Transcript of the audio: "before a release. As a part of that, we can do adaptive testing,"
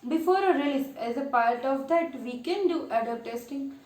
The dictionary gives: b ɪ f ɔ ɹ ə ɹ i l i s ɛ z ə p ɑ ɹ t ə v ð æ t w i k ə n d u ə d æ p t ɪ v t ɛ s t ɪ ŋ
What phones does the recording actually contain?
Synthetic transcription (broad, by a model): b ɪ f ɔ ɹ ə ɹ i l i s ɛ z ə p ɑ ɹ t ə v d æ t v i k ə n d u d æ t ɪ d t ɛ s t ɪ ŋ